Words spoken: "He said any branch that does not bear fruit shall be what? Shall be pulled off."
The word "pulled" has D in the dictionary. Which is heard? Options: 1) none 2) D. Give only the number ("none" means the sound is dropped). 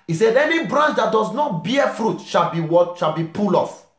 1